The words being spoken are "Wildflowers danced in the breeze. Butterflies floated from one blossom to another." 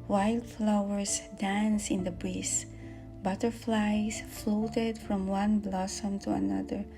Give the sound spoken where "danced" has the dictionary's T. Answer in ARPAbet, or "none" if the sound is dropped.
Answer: none